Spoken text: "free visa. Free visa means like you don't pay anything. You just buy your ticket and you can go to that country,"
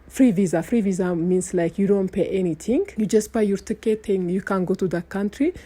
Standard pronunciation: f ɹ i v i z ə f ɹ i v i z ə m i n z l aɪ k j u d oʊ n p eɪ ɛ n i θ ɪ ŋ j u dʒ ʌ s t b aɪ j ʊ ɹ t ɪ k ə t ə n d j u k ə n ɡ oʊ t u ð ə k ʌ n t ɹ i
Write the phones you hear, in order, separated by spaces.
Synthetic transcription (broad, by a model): f ɹ i v i z ə f ɹ i v i z ə m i n s l aɪ k j u d oʊ n p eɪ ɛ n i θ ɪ ŋ j u dʒ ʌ s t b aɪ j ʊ ɹ t ɪ k ə t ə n j u k ə n ɡ oʊ t u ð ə k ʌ n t ɹ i